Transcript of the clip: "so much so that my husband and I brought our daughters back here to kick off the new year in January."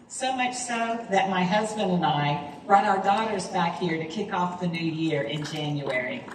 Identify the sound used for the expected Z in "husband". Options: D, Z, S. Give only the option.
Z